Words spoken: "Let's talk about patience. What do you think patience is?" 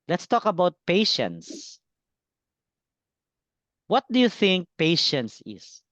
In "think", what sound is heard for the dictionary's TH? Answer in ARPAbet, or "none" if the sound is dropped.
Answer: TH